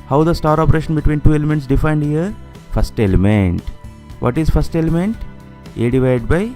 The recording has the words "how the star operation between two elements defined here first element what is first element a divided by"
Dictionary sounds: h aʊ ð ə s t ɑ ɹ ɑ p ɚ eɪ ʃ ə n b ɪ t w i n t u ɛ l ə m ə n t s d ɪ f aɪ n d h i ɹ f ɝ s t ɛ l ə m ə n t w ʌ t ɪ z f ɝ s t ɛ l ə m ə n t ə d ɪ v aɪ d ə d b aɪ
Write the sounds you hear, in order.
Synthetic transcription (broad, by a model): h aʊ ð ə s t ɑ ɹ ɑ p ɚ eɪ ʃ ə n b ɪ t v i n t u ɛ l ə m ə n t s d ɪ f aɪ n d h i ɹ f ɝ s t ɛ l ə m ə n t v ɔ t ɪ z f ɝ s t ɛ l ə m ə n t ə d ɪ v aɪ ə d b aɪ